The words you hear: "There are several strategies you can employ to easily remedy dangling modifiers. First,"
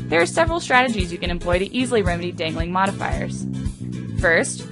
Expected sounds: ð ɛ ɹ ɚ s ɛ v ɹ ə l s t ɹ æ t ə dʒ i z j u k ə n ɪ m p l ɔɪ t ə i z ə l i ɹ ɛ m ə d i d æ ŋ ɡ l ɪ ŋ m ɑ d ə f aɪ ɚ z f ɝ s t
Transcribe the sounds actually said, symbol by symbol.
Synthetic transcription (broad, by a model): ð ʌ ɹ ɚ s ɛ v ɹ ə l s t ɹ æ t ə dʒ i z j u k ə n ɪ m p l ɔɪ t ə i z l i ɹ ɛ m ə d i d æ ŋ ɡ l ɪ ŋ m ɑ d ə f aɪ ɚ z f ɝ s t